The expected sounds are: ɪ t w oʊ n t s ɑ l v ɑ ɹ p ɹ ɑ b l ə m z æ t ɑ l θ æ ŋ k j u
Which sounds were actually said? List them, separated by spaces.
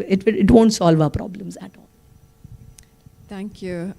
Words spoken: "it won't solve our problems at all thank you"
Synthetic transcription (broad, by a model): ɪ t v oʊ n t s ɑ l v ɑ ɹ p ɹ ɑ b l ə m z æ t ɑ l t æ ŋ k j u